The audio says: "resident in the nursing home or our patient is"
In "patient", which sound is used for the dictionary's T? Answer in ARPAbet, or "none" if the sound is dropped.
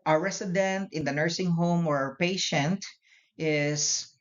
T